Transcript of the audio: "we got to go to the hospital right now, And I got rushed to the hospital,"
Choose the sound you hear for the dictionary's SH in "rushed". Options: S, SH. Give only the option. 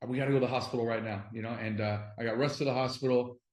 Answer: S